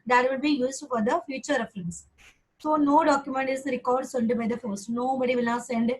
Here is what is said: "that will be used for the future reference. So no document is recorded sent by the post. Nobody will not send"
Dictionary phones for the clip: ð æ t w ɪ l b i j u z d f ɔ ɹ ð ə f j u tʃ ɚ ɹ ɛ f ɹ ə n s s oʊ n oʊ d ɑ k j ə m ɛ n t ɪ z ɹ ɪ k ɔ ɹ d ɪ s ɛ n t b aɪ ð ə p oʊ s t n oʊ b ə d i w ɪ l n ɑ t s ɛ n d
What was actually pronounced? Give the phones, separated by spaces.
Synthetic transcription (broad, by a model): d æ t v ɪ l b i j u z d f ɔ ɹ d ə f j u tʃ ɚ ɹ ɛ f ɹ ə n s s oʊ n oʊ d ɑ k j ə m ɛ n t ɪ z ɹ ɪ k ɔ ɹ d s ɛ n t b aɪ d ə f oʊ s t n oʊ b ə d i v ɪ l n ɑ s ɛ n d